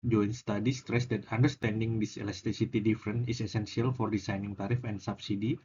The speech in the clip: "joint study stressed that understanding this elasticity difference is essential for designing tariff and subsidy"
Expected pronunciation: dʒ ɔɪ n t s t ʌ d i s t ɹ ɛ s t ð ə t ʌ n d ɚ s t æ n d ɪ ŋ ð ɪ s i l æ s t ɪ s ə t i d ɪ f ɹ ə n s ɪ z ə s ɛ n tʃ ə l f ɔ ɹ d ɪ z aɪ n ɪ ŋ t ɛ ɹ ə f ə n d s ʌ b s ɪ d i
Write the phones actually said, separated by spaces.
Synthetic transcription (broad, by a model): dʒ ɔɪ n s t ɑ d i s t ɹ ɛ s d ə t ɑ n d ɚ s t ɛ n d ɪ ŋ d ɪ s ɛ l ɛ s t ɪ s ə t i d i f ɹ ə n ɪ s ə s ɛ n s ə l f ɔ ɹ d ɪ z aɪ n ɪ ŋ t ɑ ɹ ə f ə n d s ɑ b s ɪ d i